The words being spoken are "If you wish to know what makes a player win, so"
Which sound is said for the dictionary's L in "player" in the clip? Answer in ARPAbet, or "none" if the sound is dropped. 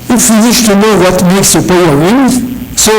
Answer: none